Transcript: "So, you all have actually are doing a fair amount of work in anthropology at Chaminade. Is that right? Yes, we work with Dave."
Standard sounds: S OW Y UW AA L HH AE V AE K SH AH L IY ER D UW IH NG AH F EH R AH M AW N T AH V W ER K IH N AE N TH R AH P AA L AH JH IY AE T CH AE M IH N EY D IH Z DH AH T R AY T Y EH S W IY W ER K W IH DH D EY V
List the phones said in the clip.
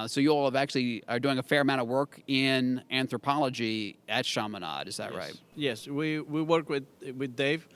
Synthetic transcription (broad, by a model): S OW Y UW AA L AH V AE K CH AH L IY ER D UW IH NG AH F EH R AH M AW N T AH V W ER K IH N AE N TH R AH P AA L AH JH IY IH T SH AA M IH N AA D IH Z DH AH T R AY T Y EH S W IY W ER K W IH DH D EY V